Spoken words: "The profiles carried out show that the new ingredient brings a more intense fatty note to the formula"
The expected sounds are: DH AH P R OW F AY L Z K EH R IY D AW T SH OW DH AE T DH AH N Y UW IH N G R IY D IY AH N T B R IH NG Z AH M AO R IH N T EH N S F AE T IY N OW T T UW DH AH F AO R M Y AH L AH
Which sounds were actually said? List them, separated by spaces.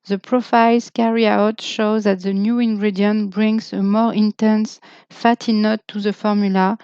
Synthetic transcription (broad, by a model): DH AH P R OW F AY L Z K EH R IY AW T SH OW DH AE T DH AH N Y UW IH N G R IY D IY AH N T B R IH NG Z AH M AO R IH N T EH N S F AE T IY N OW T T UW DH AH F AO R M Y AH L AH